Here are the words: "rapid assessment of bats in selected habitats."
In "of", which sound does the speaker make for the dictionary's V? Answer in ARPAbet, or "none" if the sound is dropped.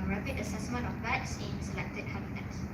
F